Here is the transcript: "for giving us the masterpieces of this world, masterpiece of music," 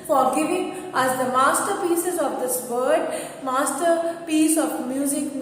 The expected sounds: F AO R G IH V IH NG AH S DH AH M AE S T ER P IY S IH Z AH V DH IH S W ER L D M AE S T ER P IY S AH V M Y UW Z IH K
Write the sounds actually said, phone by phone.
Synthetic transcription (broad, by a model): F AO R G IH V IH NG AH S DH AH M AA S T ER P IY S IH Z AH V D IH S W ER D M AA S T ER P IY S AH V M Y UW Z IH K